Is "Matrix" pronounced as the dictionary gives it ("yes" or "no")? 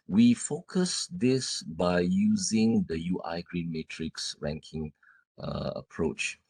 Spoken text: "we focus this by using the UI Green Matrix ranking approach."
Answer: yes